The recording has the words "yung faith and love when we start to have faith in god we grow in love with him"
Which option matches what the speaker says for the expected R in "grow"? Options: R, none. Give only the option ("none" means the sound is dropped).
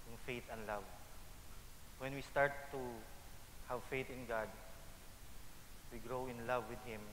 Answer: R